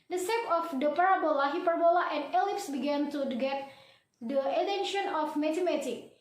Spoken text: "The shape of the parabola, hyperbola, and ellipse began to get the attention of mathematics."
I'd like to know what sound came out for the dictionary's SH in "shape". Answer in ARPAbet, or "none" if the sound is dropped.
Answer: S